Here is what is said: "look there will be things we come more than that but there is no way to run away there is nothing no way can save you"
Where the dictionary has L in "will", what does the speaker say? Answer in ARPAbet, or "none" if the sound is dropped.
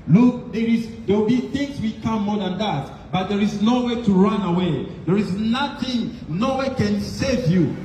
W